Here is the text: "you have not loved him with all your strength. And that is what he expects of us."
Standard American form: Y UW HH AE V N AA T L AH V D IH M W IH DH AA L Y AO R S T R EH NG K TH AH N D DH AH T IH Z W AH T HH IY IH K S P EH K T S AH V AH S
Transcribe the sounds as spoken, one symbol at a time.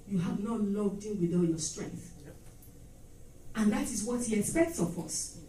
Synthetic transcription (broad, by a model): Y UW HH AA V N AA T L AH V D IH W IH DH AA N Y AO S T R EH NG K TH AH N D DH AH T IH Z W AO T HH IY IH K S P EH K T S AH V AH S